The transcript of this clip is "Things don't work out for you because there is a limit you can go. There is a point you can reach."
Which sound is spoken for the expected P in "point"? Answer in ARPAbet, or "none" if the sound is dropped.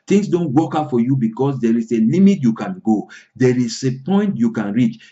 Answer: P